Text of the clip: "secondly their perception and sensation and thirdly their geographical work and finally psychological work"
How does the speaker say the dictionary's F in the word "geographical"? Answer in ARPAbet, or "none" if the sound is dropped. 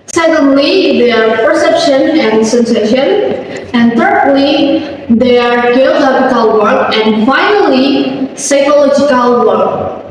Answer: P